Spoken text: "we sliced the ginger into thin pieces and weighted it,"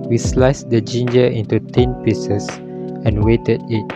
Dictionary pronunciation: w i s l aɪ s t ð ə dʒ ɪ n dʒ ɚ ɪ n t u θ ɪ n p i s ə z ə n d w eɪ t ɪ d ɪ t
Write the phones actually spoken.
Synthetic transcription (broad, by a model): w i s l aɪ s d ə dʒ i n dʒ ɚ ɪ n t u t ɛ n p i s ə s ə n w eɪ t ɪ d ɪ t